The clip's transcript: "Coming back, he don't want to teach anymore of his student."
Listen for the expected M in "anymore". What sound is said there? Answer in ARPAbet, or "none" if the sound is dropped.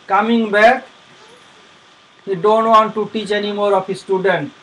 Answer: M